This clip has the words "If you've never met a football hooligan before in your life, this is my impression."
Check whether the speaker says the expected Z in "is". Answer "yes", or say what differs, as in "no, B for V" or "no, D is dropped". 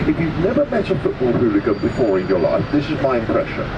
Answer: yes